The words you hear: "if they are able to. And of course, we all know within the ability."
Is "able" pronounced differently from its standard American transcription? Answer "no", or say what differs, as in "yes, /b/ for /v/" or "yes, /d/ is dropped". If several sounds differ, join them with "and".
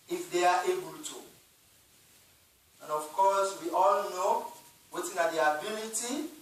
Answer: no